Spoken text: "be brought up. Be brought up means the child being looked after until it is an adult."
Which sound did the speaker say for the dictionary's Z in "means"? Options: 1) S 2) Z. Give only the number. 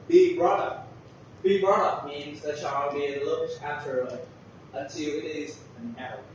2